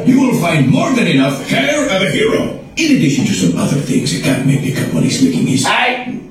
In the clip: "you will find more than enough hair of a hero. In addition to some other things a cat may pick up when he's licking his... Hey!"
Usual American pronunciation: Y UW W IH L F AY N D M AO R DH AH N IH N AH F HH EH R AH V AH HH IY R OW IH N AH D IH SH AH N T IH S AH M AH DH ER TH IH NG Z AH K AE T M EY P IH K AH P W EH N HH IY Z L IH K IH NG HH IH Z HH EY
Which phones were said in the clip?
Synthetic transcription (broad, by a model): Y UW W IH L F AY N D M AO R DH AH N IH N AH F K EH R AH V AH HH IY R OW IH N AH D IH SH AH N T IH S AH M AH DH ER TH IH NG Z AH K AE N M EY B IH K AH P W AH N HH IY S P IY K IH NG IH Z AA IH